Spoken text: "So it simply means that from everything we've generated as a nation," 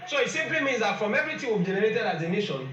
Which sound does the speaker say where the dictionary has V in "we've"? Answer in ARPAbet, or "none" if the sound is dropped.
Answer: B